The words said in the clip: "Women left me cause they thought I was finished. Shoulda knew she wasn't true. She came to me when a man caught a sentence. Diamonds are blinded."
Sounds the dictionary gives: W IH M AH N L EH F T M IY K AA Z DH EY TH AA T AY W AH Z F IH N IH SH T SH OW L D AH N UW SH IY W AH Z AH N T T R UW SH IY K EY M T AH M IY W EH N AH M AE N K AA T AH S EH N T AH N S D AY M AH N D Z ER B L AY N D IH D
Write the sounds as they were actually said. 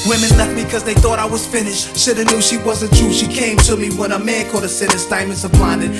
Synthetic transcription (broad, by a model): W IH M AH N L EH F T M IY K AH Z DH EY TH AA T AY W AH Z F IH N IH SH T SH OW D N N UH SH IY W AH Z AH N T T R UW SH IY K EY M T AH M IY W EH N AH M AE N K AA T AH S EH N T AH S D AY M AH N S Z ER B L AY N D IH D